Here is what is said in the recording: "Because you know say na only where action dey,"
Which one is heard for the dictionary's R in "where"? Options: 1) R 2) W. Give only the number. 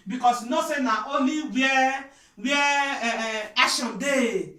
2